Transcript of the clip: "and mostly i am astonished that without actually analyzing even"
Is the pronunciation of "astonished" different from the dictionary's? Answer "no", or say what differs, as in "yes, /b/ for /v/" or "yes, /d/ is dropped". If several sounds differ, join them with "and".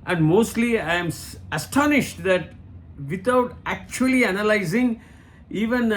no